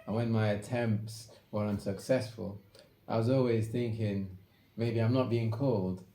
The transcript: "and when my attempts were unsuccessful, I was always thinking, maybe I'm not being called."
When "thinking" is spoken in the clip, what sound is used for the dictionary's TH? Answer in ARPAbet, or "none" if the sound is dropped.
TH